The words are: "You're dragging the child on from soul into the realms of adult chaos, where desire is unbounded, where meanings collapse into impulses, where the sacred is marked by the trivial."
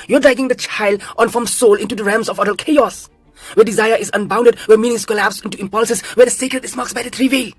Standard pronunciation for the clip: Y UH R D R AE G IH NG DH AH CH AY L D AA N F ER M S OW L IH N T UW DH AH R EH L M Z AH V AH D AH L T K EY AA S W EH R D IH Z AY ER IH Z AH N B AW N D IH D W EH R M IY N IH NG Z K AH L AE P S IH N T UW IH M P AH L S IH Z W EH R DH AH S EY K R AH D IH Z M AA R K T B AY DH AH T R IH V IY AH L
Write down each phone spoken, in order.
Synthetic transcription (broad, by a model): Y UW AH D R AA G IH NG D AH CH AY L D AA N F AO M S OW L IH N T UW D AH R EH M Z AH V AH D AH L K EY AA S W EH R D IH Z AY ER IH Z AH N B AW N D IH D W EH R M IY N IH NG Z K AH L AE P S IH N T UW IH M P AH L S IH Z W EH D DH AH S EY K R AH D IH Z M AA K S B AY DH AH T R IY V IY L